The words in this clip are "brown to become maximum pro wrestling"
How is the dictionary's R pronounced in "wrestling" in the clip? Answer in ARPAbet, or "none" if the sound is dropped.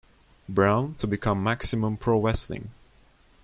W